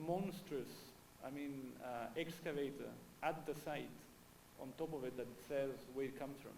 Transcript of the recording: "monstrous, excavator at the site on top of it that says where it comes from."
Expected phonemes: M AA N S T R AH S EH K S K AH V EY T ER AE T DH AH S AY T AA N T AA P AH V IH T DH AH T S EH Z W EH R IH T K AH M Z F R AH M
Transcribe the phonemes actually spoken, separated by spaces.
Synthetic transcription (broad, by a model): M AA N S T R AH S EH K S K AH V EY T ER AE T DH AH S AY T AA N T AA P AH V IH T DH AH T S EH Z W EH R IH T K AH M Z F R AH M